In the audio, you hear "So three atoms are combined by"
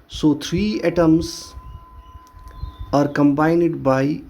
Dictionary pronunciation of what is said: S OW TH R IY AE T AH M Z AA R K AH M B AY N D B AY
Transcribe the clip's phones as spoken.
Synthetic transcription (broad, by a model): S OW T R IY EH T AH M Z AA R K AH M B AY N D B AY